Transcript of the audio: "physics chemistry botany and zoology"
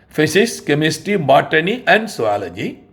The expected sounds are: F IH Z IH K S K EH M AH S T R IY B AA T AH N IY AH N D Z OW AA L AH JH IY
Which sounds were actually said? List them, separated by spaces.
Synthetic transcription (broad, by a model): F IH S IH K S K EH M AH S T IY B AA T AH N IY AH N D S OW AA L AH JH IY